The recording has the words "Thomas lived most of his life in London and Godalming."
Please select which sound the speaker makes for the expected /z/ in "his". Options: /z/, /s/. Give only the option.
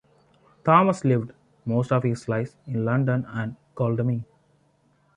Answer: /s/